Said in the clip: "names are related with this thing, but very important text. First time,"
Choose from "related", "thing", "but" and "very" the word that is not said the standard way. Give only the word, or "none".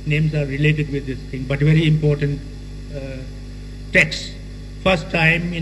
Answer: thing